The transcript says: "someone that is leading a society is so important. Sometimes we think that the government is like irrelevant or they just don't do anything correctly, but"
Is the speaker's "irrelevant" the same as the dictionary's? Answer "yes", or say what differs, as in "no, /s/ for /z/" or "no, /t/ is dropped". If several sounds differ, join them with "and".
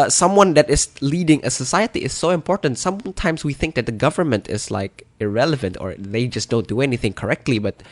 yes